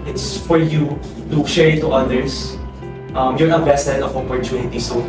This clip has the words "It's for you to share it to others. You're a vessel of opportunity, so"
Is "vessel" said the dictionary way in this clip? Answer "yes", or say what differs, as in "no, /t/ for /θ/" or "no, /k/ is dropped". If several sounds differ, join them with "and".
no, /b/ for /v/